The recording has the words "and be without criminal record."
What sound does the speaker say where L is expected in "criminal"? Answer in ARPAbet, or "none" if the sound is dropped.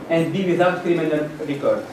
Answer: N